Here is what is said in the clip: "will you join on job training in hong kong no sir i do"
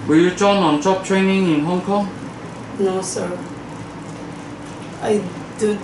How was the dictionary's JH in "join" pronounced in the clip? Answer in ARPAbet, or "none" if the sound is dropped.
CH